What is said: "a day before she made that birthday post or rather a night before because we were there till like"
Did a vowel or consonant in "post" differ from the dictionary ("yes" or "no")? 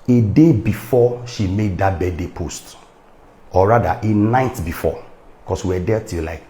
no